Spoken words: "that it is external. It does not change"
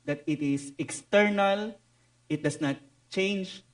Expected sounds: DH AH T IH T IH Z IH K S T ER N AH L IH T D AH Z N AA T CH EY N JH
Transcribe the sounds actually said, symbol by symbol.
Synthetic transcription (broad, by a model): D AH T IH T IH S IH K S T ER N AH L IH T D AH S N AA T CH EY N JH